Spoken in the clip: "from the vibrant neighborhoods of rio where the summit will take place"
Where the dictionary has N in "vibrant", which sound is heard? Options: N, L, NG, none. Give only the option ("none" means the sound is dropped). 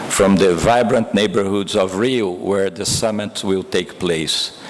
N